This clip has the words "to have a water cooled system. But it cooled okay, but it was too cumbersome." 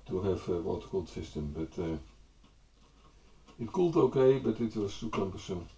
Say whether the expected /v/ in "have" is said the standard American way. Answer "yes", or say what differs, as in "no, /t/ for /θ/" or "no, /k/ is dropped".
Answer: no, /f/ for /v/